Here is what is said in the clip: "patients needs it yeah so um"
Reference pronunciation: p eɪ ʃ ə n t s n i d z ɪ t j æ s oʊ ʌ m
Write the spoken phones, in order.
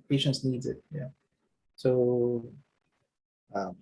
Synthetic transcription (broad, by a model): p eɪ ʃ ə n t s n i d z ɪ t j æ s oʊ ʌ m